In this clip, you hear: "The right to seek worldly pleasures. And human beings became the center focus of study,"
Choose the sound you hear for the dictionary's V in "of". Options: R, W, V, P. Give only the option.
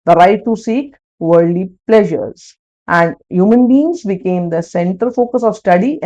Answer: V